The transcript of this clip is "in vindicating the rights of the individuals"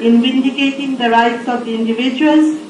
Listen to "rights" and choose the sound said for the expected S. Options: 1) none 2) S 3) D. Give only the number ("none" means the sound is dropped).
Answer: 2